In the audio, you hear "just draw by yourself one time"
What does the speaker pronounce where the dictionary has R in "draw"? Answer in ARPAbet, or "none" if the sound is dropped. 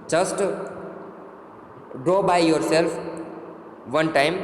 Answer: R